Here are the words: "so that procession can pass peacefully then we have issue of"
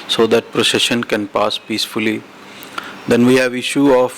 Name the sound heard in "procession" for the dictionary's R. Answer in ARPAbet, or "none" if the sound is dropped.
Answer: R